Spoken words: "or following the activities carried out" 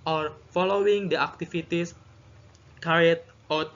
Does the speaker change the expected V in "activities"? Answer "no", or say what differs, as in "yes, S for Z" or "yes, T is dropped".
yes, F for V